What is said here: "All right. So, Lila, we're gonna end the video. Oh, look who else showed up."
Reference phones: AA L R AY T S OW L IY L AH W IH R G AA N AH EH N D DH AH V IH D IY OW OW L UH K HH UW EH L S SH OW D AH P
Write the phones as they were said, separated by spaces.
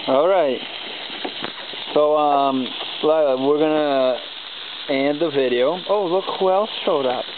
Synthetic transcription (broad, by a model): AA L R AY T S OW L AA AH W IH R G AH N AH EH N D DH AH V IH D IY OW OW L UH K HH UW EH L S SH OW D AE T